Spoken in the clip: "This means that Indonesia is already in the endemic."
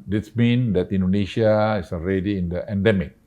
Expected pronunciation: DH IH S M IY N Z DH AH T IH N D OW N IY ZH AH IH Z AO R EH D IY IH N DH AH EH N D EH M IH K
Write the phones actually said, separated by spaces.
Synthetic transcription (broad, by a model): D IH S M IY N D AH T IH N D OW N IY SH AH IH S AO R EH D IY IH N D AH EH N D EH M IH K